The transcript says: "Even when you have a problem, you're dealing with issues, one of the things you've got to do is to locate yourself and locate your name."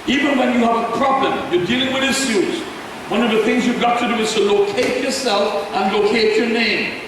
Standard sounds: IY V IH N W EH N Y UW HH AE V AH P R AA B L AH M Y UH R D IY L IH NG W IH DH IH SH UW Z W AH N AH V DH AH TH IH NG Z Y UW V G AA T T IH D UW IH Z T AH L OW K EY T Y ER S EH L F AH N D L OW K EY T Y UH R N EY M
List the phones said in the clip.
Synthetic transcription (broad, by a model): IY V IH N W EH N Y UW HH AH V AH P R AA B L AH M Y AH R D IY L IH NG W IH DH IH S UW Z W AH N AH V DH AH TH IH NG Z Y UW V G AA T T IH D UW IH Z T AH L OW K EY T Y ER S EH L F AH N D L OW K EY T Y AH R N EY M